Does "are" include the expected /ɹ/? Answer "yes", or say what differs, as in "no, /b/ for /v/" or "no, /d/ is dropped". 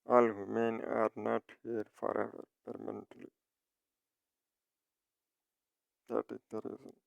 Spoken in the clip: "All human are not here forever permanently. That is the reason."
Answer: yes